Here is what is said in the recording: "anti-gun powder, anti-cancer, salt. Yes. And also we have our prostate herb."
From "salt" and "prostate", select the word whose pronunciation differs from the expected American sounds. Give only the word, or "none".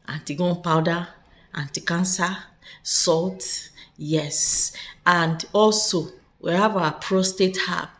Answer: none